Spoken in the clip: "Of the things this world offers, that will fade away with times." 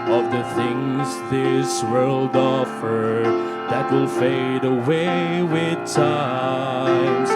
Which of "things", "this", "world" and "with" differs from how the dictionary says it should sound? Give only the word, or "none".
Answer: none